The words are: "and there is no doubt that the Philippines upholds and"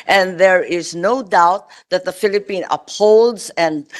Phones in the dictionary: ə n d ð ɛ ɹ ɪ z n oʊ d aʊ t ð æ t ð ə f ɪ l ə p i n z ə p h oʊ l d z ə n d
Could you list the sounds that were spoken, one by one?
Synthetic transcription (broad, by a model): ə n ð ɛ ɹ ɪ z n oʊ d aʊ t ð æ t ð ə f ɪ l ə p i n ə p h oʊ l d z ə n d